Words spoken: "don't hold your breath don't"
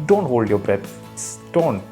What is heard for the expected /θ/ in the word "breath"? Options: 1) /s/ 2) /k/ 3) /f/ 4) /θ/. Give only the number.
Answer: 1